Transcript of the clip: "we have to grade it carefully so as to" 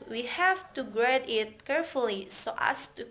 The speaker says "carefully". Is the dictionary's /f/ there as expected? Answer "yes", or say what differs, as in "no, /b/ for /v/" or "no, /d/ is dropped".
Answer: yes